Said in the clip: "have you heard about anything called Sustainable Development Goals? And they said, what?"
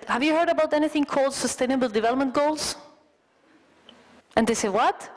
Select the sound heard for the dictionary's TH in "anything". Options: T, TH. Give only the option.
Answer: TH